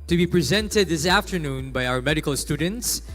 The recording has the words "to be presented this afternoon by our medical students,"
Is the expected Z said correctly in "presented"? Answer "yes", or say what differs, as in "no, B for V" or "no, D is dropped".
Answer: yes